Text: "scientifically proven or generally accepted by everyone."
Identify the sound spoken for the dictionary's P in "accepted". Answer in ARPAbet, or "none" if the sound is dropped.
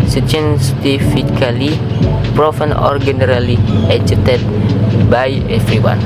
none